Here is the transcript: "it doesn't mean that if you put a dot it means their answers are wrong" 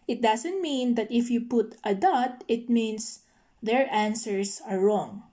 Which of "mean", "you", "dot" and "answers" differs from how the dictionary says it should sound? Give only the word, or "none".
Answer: answers